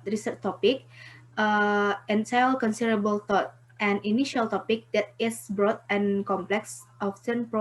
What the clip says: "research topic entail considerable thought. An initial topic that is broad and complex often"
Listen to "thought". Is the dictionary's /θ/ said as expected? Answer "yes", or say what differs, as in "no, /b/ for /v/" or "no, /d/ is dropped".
no, /t/ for /θ/